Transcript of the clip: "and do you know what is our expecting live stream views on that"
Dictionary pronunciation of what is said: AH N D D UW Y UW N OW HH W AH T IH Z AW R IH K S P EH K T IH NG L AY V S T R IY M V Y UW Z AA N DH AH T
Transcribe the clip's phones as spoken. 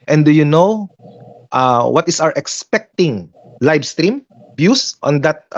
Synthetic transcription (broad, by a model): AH N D D UW Y UW N OW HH W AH T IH S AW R IH K S P EH K T IH NG L AY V S T R IY M B Y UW S AA N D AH T